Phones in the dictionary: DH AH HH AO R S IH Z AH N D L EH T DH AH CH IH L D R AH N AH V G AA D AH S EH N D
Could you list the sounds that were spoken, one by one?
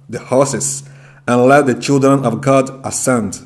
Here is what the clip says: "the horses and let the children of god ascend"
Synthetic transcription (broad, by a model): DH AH HH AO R S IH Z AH N L EH T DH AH CH IH L D R AH N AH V G AA D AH S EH N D